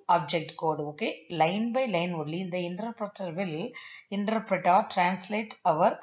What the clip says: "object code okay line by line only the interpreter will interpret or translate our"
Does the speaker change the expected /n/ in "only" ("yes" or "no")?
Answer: yes